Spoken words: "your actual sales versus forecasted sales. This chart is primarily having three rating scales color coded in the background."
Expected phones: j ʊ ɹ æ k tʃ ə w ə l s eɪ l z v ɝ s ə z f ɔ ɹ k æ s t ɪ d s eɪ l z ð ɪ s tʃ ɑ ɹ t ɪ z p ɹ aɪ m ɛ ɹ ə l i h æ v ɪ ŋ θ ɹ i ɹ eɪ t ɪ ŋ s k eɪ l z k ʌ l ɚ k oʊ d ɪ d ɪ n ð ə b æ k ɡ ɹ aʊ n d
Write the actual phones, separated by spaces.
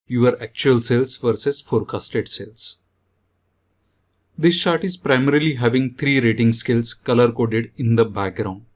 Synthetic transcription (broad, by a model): j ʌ ɹ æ k tʃ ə ə l s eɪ l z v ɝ s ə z f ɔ ɹ k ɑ s t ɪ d s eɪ l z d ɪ s ʃ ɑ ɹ t ɪ z p ɹ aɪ m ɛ ɹ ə l i h æ v ɪ ŋ t ɹ i ɹ eɪ t ɪ ŋ s k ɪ l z k ʌ l ɚ k oʊ d ɪ d ɪ n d ə b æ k ɡ ɹ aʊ n d